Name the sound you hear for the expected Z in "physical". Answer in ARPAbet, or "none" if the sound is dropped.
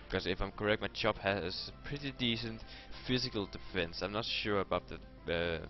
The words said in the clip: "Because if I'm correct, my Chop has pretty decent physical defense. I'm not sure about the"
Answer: Z